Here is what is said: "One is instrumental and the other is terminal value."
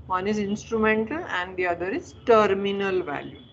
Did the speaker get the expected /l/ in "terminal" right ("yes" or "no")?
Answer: yes